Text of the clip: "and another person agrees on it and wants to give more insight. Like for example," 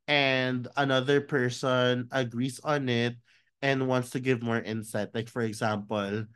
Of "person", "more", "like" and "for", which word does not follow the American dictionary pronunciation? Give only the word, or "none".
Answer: none